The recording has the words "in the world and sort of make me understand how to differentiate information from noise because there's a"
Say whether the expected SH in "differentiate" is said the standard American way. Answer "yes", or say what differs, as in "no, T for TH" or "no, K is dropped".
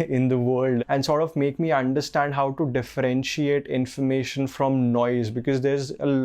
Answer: yes